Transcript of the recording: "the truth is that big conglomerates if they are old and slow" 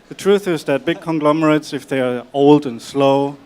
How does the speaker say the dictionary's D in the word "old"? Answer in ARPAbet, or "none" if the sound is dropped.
D